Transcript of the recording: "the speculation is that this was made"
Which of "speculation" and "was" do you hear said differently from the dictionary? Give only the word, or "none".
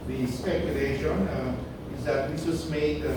was